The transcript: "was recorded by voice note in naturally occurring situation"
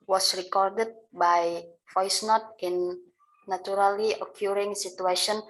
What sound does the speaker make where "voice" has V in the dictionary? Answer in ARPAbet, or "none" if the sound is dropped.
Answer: F